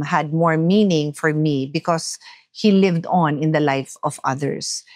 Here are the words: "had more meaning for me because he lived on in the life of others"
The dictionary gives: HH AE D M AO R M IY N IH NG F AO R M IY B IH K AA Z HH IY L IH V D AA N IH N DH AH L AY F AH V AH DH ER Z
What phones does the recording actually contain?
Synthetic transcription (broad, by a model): HH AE D M AO R M IY N IH NG F AO R M IY B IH K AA S HH IY L IH V D AA N IH N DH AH L AY F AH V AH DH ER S